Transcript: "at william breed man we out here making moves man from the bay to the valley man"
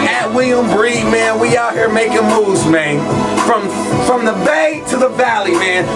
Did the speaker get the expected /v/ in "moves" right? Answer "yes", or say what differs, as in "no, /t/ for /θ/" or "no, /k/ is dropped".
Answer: no, /v/ is dropped